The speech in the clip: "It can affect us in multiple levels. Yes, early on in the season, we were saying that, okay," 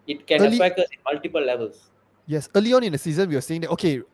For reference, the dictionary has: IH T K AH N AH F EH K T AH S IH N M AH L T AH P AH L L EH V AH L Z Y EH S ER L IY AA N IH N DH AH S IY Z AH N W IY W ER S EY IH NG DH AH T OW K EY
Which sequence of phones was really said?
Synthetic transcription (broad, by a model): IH T K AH L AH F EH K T AH S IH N M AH L T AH P AH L L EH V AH L S Y EH S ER L IY AA N IH N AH S IY Z AH N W IY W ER S EY IH NG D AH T OW K EY